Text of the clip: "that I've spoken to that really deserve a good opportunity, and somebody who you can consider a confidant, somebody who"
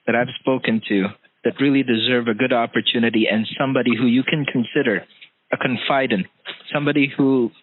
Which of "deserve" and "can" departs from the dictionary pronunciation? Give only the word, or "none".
none